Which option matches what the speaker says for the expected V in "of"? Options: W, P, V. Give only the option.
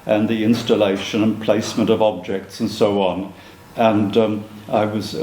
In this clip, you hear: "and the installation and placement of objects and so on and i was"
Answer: V